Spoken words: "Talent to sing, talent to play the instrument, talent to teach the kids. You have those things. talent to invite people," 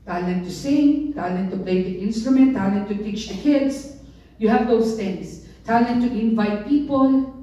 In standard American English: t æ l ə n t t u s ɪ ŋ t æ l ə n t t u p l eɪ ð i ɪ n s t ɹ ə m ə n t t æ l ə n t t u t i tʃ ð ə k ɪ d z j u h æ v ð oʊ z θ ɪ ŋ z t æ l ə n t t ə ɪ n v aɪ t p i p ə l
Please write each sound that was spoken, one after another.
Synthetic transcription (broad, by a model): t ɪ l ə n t t u s ɪ ŋ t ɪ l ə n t t u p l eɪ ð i ɪ n s t ɹ ə m ə n t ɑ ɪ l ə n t t u t i tʃ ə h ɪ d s j u h æ v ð oʊ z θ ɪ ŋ s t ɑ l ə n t t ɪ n v aɪ t p i p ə l